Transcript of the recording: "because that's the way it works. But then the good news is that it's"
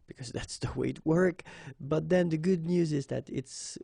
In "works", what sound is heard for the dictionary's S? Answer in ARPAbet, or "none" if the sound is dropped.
none